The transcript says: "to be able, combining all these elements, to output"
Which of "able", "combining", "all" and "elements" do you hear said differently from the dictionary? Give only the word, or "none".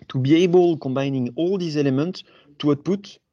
none